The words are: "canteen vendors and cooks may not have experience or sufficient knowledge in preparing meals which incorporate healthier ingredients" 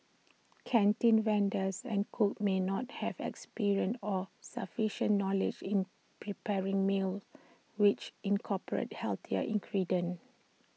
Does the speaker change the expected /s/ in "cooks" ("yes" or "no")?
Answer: yes